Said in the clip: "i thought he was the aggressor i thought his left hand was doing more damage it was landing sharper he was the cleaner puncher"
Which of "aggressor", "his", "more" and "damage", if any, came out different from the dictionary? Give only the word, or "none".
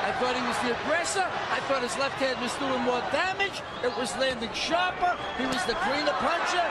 none